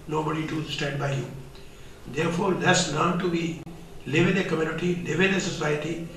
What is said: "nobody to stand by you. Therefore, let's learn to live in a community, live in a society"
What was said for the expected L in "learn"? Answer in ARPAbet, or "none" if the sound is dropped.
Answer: N